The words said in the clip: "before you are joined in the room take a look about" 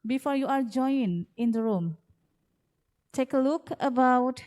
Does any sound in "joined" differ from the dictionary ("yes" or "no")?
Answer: yes